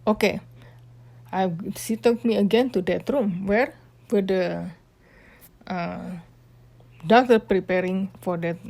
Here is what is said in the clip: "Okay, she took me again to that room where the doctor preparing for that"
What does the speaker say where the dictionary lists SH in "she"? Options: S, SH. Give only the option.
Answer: S